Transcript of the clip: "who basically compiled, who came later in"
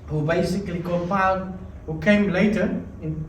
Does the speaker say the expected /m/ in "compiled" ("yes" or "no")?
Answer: no